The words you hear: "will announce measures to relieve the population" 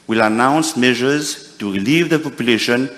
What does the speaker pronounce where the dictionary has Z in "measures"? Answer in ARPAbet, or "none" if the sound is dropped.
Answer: Z